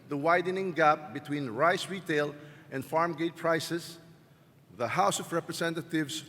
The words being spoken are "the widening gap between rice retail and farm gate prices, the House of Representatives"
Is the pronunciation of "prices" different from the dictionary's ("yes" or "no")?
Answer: yes